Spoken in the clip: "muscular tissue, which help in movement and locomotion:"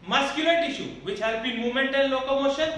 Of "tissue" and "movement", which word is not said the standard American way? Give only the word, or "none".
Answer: movement